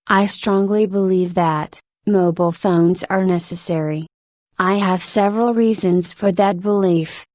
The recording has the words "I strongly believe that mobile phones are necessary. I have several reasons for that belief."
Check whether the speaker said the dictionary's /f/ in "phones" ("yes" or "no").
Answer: yes